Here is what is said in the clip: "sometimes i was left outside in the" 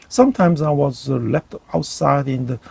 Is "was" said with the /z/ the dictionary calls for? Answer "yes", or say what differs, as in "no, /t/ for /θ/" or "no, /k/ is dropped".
yes